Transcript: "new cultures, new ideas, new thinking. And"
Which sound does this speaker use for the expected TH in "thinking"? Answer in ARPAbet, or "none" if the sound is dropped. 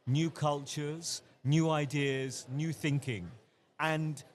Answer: TH